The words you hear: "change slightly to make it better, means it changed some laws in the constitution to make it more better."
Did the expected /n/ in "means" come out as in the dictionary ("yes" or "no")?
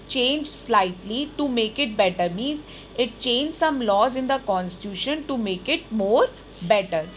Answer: yes